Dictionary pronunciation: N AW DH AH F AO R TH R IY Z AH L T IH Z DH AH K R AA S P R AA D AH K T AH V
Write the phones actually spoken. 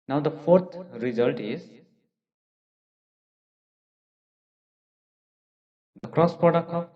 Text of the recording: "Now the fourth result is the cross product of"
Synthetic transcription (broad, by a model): N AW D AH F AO R T R IY Z AH L T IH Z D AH K R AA S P AA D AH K AH